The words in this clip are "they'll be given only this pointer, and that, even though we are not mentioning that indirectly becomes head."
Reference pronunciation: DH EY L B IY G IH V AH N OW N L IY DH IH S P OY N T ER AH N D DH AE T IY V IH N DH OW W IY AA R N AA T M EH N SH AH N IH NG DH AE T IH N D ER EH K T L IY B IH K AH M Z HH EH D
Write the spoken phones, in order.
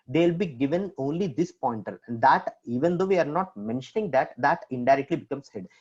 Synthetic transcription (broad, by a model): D EY L B IY G IH V AH N OW N L IY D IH S P OY N T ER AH L D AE T IY V IH N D OW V IY AA R N AA T M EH N SH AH N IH NG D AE T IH N D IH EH K T L IY B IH K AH M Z HH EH D